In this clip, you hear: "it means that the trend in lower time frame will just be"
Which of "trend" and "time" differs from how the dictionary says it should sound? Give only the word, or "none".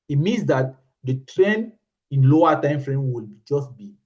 trend